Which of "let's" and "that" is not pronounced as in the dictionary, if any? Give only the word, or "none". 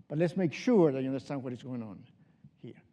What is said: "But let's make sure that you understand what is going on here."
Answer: none